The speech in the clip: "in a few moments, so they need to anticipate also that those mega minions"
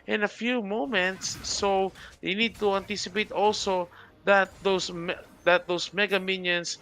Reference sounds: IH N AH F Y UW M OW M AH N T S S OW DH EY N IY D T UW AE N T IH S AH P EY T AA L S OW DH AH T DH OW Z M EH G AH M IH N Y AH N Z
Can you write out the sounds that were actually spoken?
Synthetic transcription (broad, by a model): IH N AH F Y UW M OW M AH N T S S OW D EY N IY D T UW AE N T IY S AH P EY T AA L S OW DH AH T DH OW S M EH G AH M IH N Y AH N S